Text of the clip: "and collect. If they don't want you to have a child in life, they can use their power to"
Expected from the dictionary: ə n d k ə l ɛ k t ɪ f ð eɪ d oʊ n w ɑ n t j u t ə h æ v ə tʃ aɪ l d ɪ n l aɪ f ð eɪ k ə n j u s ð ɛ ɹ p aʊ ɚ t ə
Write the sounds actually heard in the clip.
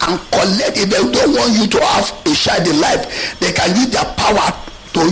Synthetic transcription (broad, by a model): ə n k ə l ɛ k t ɪ f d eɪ d oʊ n w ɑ n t j u t ə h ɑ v ə ʃ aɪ d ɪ l aɪ f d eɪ k ə n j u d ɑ p aʊ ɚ t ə